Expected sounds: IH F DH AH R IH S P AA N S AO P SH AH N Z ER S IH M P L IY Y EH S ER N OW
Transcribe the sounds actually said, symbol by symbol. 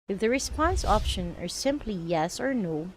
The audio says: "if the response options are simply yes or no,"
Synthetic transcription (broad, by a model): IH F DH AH R IH S P AA N S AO P SH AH N ER S IH M P L IY Y EH S ER N OW